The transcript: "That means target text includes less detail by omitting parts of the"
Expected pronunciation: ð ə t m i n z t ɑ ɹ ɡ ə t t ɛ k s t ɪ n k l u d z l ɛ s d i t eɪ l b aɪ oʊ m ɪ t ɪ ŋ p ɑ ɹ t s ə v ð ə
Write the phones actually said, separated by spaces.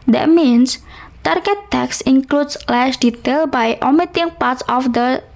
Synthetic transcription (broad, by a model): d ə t m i n s t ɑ ɹ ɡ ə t t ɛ k s ɪ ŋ k l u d s l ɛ ʃ d i t eɪ l b aɪ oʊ m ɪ t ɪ ŋ p ɑ ɹ t s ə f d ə